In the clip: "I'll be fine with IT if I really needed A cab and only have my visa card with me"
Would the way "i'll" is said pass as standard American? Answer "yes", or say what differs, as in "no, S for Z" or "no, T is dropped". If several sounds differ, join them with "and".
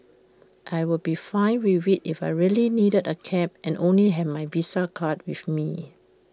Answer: no, W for L